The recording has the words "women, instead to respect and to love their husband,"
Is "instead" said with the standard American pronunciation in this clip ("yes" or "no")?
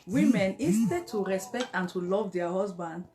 no